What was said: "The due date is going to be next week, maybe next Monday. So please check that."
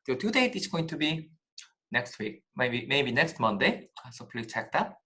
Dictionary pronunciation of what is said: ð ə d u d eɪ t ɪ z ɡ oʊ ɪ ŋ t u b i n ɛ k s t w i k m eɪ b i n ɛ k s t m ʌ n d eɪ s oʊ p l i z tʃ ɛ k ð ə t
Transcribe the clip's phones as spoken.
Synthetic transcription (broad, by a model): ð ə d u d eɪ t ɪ s ɡ oʊ ɪ ŋ t u b i n ɛ k s t w i k m eɪ b i n ɛ k s t m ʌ n d eɪ s oʊ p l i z tʃ ɛ k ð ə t